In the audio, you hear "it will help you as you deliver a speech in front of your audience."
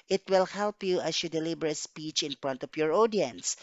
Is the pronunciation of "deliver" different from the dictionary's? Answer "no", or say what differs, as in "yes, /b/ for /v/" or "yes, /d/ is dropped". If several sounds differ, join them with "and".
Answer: yes, /b/ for /v/